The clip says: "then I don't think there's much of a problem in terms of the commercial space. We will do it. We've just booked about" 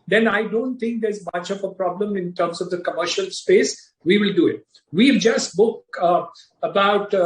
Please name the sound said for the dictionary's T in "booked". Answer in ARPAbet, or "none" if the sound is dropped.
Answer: none